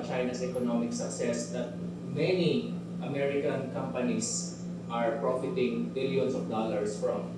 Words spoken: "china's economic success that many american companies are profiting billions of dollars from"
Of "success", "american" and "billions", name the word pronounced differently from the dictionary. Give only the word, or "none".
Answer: billions